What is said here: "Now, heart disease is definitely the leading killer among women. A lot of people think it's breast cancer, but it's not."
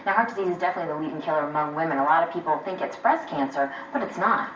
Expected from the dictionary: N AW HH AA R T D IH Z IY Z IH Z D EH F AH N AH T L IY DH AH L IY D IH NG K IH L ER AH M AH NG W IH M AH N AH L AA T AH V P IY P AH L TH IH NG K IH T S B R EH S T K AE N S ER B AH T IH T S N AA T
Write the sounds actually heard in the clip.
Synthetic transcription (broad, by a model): N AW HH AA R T D IH Z IY Z IH Z D EH F AH N AH T L IY DH AH W IY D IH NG K IH L ER AH M AH NG W IH M AH N AH L AA T AH V P IY P L TH IH NG K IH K S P R EH S K AE N S ER B AH T IH T S N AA T